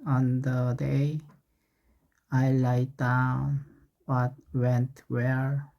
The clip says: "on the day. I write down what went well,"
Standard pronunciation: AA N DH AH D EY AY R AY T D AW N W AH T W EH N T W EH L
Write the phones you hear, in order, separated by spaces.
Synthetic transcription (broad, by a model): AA N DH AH D EY AY L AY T D AW N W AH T W EH N T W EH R